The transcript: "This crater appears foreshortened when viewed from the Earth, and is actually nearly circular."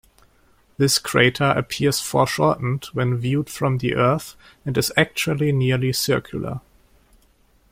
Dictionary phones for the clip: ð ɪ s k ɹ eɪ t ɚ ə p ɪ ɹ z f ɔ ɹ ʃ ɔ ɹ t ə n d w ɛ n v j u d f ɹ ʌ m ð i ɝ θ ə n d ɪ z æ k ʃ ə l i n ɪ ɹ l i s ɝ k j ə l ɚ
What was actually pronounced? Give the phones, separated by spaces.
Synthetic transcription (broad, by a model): ð ɪ s k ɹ eɪ t ɚ ə p ɪ ɹ z f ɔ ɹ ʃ ɔ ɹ t n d w ɛ n v j u d f ɹ ʌ m ð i ɝ θ ə n d ɪ z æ k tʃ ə l i n ɪ ɹ l i s ɝ k j ə l ɚ